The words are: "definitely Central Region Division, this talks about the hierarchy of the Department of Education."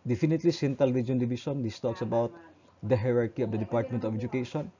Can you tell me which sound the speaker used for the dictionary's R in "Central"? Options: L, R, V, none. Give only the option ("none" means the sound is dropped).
none